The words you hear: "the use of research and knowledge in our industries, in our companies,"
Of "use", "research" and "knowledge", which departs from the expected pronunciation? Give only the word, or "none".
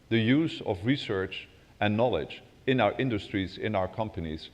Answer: none